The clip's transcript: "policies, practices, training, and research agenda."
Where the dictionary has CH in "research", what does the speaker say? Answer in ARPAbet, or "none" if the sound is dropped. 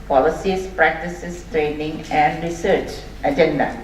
CH